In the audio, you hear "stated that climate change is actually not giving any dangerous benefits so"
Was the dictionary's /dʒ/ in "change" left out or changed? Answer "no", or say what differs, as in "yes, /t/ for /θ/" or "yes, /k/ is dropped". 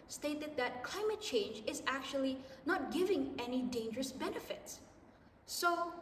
no